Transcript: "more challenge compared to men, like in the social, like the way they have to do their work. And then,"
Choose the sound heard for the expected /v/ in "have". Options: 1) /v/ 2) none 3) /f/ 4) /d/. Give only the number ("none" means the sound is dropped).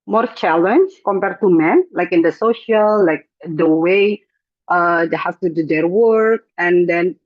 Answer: 3